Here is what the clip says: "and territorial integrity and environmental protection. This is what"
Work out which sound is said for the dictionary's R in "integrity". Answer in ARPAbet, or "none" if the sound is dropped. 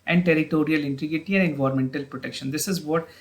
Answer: none